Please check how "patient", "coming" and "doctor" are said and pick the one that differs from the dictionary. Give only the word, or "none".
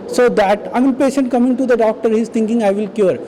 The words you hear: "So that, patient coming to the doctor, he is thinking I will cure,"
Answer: none